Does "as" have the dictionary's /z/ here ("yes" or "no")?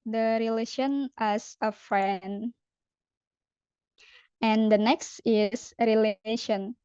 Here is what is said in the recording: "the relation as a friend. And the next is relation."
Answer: no